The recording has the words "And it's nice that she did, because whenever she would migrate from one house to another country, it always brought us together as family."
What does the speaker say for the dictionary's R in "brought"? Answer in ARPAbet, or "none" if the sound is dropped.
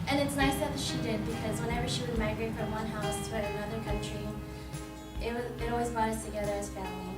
none